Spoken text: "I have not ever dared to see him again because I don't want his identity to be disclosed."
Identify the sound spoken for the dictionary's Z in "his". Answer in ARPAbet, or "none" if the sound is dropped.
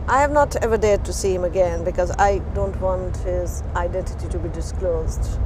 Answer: Z